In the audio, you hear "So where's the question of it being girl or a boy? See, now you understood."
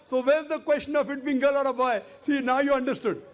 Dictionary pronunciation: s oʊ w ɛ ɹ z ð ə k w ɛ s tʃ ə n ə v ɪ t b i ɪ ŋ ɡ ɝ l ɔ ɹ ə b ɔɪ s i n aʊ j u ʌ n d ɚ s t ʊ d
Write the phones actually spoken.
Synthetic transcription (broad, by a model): s oʊ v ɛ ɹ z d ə k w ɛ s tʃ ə n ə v ɪ t b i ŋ ɡ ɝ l ɔ ɹ ə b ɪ s i n aʊ j u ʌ n d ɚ s t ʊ d